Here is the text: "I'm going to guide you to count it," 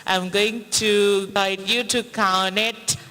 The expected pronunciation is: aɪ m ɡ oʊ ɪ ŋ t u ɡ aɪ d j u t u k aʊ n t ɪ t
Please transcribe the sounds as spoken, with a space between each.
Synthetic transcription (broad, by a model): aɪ m ɡ oʊ ɪ ŋ t u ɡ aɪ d j u t u k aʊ n ɪ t